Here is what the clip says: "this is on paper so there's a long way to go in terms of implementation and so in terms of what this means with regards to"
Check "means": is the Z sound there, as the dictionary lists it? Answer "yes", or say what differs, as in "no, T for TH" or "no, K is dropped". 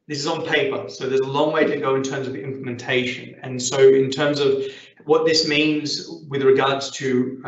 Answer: yes